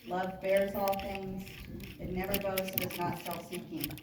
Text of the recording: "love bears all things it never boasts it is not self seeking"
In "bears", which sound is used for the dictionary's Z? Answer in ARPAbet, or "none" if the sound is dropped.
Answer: Z